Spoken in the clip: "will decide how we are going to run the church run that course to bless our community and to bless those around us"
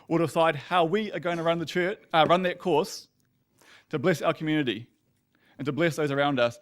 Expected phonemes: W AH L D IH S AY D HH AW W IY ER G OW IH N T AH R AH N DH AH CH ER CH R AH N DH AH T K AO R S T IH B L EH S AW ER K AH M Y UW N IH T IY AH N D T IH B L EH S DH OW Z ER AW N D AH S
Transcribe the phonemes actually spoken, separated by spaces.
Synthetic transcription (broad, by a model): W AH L D IH S AY D HH AW W IY ER G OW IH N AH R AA N DH AH CH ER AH R AH N DH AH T K AO R S T IH B L EH S AW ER K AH M Y UW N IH T IY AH N T IH B L EH S DH OW Z ER AW N D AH S